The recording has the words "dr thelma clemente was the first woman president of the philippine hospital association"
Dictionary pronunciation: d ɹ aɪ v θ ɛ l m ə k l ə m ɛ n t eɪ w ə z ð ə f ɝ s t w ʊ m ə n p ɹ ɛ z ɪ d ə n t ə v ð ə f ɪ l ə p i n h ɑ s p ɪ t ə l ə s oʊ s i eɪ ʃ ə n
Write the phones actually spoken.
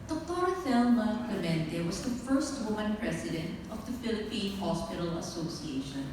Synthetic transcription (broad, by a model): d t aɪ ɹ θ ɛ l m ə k ə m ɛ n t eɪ w ə z ð ə f ɝ s t w ʊ m ə n p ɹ ɛ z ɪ d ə n t ə v ð ə f ɪ l ə p i n h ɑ s p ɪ t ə l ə s oʊ s i eɪ ʃ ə n